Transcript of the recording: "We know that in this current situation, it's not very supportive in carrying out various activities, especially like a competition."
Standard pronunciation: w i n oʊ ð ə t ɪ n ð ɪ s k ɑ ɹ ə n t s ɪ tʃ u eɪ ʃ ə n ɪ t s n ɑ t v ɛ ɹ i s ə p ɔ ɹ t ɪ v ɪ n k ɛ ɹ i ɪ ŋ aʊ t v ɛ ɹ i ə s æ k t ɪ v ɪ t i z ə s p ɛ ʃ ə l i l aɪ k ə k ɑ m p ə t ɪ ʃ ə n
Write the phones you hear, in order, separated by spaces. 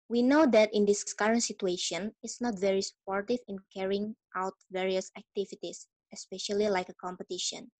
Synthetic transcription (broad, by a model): w i n oʊ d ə t ɪ n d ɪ s k ɑ ɹ ə n t s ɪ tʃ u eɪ ʃ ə n ɪ t s n ɑ t v ɛ ɹ i s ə p ɔ ɹ t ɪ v ɪ n k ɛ ɹ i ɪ ŋ aʊ t v ɛ ɹ i ə s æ k t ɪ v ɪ t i s ə s p ɛ ʃ ə l i l aɪ k ə k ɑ m p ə t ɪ ʃ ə n